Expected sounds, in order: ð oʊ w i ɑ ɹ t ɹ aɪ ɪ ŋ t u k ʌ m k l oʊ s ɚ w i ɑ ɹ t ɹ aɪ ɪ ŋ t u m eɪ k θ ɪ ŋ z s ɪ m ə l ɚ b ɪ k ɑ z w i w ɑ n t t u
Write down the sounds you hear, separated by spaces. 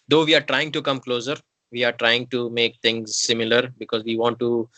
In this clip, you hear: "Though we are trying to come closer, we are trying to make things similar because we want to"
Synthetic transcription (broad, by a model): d oʊ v i ɑ ɹ t ɹ aɪ ɪ ŋ t u k ʌ m k l oʊ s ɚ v i ɑ ɹ t ɹ aɪ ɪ ŋ t u m eɪ k t ɪ ŋ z s ɪ m ə l ɚ b ɪ k ɑ z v i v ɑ n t t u